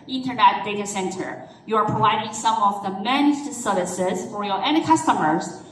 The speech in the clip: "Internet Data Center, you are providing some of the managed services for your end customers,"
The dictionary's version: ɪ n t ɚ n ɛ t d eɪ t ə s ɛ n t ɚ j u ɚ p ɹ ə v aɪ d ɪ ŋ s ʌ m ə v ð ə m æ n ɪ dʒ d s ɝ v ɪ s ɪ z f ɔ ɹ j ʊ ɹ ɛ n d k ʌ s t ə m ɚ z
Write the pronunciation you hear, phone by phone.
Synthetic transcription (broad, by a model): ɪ n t ɚ n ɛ t d eɪ t ə s ɛ n t ɚ j u ɚ p ɹ ə v aɪ d ɪ ŋ s ʌ m ə v ð ə m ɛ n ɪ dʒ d s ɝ ɪ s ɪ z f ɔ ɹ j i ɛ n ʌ k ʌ s t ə m ɚ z